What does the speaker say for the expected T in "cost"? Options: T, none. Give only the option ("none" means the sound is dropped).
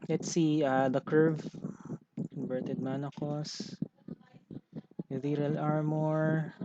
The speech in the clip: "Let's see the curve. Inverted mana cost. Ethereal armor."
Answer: none